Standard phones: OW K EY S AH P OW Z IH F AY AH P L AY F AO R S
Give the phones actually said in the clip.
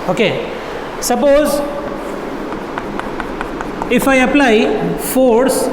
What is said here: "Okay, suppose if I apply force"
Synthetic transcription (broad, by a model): OW K EY S AH P OW Z IH F AY AH P L AY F AO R S